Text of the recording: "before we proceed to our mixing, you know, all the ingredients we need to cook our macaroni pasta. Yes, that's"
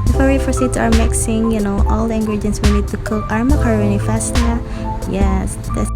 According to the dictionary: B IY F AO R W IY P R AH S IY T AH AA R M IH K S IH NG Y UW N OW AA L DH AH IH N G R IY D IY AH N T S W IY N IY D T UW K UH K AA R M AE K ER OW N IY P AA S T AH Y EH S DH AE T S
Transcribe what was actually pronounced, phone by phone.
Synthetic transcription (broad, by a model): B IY F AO R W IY F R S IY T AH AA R M IH K S IH NG Y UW N OW AA L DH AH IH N G R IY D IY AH N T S W IY N IY D T UW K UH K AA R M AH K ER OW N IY F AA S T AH Y EH S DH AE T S